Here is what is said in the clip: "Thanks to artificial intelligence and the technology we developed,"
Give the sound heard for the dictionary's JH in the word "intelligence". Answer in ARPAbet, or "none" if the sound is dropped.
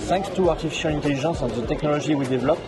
ZH